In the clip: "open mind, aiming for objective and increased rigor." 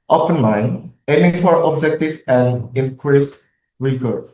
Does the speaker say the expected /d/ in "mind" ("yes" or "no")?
no